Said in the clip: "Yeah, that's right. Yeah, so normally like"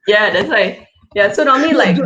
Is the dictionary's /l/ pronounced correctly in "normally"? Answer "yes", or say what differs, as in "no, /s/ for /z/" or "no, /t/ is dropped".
no, /l/ is dropped